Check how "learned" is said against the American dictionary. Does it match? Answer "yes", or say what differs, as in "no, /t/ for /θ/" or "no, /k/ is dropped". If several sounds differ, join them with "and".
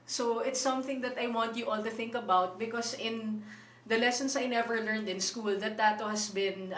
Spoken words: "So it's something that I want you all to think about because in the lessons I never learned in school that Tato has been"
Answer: yes